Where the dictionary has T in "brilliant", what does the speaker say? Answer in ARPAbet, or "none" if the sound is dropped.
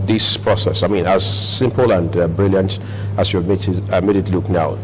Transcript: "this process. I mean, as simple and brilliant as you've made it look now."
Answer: T